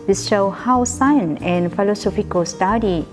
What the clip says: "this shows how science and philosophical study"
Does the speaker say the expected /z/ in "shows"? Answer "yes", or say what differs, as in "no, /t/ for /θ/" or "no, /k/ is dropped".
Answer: no, /z/ is dropped